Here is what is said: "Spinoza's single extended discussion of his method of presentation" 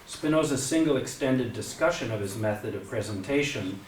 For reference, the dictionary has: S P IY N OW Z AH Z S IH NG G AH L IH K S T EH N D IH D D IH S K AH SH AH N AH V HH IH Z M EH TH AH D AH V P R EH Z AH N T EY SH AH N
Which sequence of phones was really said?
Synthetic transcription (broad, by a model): S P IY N OW Z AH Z S IH NG G L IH K S T EH N D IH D D IH S K AH SH AH N AH V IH Z M EH TH AH D AH V P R EH Z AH N T EY SH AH N